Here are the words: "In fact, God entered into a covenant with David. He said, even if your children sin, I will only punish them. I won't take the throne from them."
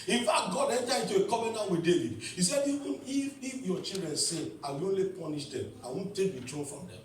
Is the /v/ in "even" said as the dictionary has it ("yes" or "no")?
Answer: no